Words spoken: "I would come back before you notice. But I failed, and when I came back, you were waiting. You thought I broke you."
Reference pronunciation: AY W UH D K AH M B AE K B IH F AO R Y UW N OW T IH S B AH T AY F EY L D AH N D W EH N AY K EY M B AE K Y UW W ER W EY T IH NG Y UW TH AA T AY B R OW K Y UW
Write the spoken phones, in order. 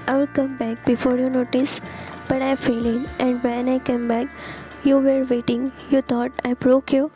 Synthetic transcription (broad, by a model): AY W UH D K AH M B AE K B IH F AO R Y UW N OW T IH S B AH T AY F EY L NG AH N D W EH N AY K EY M B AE K Y UW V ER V EY T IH NG Y UW T AA T AY B R OW K Y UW